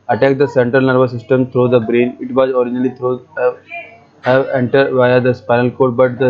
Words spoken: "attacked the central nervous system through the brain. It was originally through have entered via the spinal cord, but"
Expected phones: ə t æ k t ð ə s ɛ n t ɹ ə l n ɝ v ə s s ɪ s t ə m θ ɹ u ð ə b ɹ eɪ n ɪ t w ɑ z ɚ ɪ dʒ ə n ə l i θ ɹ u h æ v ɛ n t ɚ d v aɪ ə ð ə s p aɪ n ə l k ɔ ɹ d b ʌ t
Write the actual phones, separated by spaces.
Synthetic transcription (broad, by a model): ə t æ k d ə s ɛ n t ɹ ə l n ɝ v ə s s ɪ s t ə m t ɹ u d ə b ɹ eɪ n ɪ t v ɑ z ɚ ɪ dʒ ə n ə l i t ɹ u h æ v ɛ n t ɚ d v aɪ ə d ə s p aɪ n ə l k ɔ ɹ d b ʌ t